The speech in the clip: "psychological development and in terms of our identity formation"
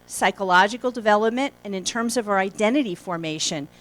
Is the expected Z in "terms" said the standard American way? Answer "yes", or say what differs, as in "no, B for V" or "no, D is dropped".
yes